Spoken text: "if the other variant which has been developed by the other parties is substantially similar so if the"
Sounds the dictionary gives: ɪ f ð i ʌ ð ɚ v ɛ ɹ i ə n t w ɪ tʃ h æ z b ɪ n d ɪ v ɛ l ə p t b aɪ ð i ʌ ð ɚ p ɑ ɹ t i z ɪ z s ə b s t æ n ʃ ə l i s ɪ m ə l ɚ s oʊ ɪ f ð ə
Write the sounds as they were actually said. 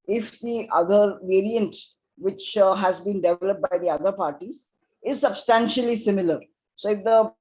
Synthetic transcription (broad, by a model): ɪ f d i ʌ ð ɚ v ɛ ɹ i ə n t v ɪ tʃ h æ z b ɪ n d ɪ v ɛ l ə p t b aɪ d i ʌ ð ɚ p ɑ ɹ t i z ɪ z s ə b s t æ n ʃ ə l i s ɪ m ə l ɚ s oʊ ɪ f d ə